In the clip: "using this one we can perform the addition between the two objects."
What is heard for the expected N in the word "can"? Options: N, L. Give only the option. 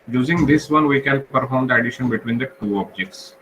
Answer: L